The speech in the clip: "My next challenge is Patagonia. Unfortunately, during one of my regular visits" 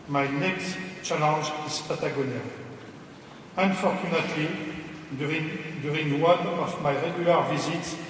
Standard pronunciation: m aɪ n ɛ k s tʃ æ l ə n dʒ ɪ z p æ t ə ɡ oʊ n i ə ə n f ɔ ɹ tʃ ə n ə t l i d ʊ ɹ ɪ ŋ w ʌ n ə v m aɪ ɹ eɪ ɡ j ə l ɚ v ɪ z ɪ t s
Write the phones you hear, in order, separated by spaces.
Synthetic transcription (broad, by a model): m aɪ n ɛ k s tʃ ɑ l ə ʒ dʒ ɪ s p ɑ t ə ɡ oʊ n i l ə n f ɔ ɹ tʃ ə n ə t i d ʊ ɹ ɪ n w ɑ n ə f m aɪ ɹ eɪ ɡ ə l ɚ v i z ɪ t